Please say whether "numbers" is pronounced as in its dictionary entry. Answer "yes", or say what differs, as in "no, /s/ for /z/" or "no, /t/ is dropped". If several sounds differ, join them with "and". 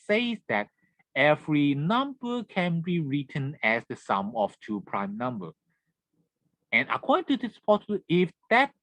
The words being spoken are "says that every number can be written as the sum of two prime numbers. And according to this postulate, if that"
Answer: no, /z/ is dropped